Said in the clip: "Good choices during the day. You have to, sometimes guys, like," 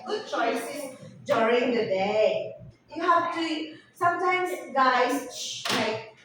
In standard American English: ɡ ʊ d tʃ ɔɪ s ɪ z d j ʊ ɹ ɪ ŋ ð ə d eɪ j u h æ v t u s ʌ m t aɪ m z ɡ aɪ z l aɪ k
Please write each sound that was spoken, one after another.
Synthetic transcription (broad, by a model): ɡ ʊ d tʃ ɔɪ s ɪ s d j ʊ ɹ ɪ ŋ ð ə d eɪ j u h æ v t u s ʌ m t aɪ m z ɡ aɪ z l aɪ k